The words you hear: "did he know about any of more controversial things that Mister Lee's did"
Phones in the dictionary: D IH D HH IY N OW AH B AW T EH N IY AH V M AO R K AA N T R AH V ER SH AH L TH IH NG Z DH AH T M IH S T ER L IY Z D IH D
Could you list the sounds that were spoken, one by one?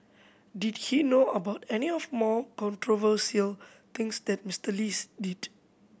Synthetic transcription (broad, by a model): D IH D HH IY N OW AH B AW T EH N IY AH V M AO K AA N T R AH V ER S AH L T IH NG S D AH T M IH S T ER L IY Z D IH D